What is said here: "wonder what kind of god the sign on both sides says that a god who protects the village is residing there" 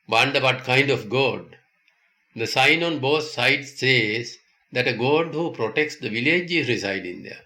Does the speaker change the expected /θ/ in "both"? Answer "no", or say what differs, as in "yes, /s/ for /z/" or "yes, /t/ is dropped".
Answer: yes, /t/ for /θ/